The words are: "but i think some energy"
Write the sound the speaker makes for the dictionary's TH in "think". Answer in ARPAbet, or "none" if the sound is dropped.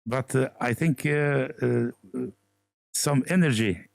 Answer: TH